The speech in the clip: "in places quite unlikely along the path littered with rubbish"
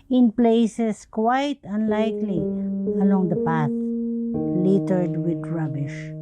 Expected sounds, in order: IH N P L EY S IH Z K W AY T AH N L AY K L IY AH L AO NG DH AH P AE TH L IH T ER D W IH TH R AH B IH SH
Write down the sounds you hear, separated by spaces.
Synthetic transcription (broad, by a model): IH N P L EY S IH S K W AY T AH N L AY K L IY AH L AO NG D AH P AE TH L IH T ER D W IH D R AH B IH SH